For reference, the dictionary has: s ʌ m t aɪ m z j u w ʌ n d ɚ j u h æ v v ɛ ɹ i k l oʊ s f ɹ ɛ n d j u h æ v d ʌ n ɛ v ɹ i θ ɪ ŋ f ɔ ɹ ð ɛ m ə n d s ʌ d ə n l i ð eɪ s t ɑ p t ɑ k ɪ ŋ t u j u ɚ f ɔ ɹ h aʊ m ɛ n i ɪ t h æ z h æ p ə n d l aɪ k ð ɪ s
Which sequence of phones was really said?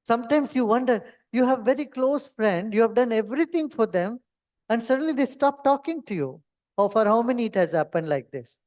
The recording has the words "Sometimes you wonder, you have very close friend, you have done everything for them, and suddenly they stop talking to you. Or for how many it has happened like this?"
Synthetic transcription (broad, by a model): s ʌ m t aɪ m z j u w ʌ n d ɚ j u h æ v v ɛ ɹ i k l oʊ s f ɹ ɛ n d j u h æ v d ʌ n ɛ v ɹ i t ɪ ŋ f ɔ ɹ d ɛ m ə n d s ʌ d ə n l i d eɪ s t ɑ p t ɑ k ɪ ŋ t u j u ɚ f ɔ ɹ h aʊ m ɛ n i ɪ t h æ z h æ p ə n d l aɪ k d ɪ s